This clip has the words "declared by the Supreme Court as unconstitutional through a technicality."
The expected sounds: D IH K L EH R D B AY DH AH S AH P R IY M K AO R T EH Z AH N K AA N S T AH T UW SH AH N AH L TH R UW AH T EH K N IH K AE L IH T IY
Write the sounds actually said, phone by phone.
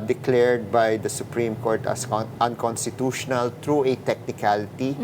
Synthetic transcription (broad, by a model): D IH K L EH R D B AY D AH S AH P R IY M K AO R T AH S AH N K AA N S T AH T UW SH AH N AH L T R UW AH T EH K N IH K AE L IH T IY